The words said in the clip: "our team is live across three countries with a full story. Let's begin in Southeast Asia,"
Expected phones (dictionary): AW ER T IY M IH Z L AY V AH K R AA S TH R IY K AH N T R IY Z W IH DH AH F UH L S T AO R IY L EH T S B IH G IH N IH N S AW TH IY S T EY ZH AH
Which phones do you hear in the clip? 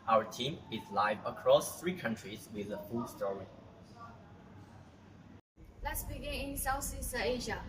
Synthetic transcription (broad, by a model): AW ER T IY M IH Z L AY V AH K R AA S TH R IY K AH N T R IY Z W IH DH AH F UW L S T AO R IY L EH T S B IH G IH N IH N S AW S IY S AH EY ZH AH